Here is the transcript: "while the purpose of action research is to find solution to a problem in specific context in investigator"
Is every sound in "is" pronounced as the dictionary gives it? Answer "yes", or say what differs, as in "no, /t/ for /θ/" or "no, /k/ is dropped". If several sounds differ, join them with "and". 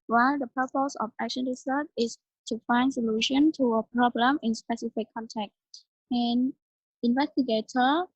no, /s/ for /z/